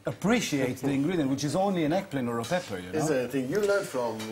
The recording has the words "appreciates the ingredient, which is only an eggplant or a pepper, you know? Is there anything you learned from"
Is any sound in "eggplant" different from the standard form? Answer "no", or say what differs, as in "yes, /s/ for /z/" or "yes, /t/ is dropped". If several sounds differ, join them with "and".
yes, /t/ is dropped